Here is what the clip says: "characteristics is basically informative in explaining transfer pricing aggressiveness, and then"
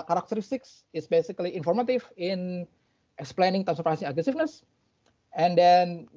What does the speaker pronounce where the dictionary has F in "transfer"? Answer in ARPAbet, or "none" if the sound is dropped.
none